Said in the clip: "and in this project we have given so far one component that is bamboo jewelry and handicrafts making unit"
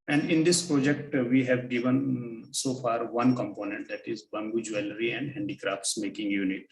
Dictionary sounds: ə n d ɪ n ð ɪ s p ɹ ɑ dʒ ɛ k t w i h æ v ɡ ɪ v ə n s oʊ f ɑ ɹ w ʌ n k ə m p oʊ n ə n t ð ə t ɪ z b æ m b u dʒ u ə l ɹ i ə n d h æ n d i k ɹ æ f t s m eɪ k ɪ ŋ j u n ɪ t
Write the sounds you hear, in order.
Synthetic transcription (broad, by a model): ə n d ɪ n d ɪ s p ɹ ɑ dʒ ɛ k t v i h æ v ɡ ɪ v ə n s oʊ f ɑ ɹ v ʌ n k ə m p oʊ n ə n t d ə t ɪ z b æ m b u dʒ u ə l ɹ i ə n d h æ n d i k ɹ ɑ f t s m eɪ k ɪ ŋ j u n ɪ t